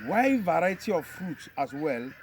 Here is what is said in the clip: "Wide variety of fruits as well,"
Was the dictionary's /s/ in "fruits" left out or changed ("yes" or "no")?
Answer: yes